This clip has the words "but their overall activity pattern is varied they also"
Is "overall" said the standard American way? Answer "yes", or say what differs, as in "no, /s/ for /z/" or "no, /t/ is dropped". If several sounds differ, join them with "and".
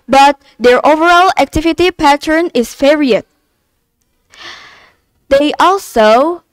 yes